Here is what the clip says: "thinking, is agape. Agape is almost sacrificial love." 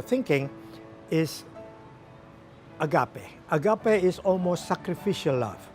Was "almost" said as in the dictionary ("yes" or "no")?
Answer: yes